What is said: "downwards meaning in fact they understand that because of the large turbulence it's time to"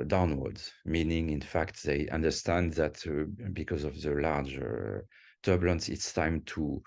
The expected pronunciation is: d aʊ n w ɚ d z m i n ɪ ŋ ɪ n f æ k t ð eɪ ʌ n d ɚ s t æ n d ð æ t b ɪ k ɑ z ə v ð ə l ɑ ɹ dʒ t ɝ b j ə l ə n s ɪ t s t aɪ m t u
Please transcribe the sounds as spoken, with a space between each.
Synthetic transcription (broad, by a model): d aʊ n w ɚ d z m i n ɪ ŋ ɪ n f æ k t ð eɪ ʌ n d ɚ s t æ n d ð æ t b ɪ k ɑ z ə v ð ə l ɑ ɹ dʒ t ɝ b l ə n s ɪ t s t aɪ m t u